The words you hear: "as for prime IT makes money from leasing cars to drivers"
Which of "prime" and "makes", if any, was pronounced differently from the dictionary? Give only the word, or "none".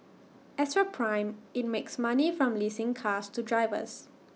none